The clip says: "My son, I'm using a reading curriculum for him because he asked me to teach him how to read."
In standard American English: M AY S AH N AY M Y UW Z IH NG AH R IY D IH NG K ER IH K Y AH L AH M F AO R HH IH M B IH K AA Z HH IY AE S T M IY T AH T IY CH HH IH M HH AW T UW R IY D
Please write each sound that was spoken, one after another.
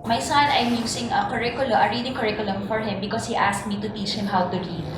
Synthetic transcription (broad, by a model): M AY S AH N AY M Y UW S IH NG AH R IY D IH NG K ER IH K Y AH L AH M F AO R HH IH M B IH K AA S HH IY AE S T M IY T AH T IY CH HH IH M HH AW T UW R IY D